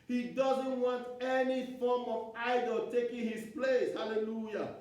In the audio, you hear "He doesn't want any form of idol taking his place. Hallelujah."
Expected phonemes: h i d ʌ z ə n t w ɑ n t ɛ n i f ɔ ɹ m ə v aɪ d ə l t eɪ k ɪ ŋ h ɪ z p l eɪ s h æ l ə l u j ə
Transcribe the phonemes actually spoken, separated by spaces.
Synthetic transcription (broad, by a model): h i d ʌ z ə n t w ɑ n t ɛ n i f ɔ m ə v aɪ d ə l t eɪ k ɪ ŋ h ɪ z p l eɪ s h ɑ l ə l u j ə